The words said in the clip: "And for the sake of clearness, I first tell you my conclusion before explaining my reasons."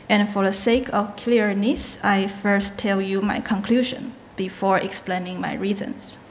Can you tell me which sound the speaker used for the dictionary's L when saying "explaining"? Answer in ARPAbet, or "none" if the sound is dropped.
L